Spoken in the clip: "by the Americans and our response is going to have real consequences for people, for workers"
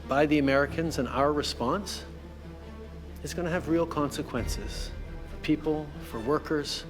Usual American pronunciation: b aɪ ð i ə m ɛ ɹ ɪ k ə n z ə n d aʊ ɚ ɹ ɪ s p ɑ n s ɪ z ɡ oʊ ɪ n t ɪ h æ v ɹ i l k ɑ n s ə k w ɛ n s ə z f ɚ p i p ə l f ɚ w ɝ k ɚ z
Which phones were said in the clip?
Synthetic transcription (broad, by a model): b aɪ ð i ə m ɛ ɹ ɪ k ə n z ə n aʊ ɚ ɹ ɪ s p ɑ n s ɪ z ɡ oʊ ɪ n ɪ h v ɹ i l k ɑ n s ə k w ɛ n s ə z f ɚ p i p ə l f ɚ w ɝ k ɚ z